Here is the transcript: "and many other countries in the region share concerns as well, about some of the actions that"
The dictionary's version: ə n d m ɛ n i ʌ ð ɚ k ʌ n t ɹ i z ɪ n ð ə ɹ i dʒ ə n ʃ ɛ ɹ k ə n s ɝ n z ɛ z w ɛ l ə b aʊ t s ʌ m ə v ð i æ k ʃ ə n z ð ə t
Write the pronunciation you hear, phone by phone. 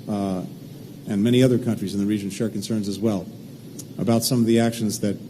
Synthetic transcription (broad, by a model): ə n m ɛ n i ʌ ð ɚ k ʌ n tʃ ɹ i z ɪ n ð ə ɹ i dʒ ə n ʃ ɛ ɹ k n s ɝ n z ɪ z w ɛ l ə b aʊ t s ʌ m ə v ð i æ k ʃ ə n z ð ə t